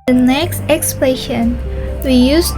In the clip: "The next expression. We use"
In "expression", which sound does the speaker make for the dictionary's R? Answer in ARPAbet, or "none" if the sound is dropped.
L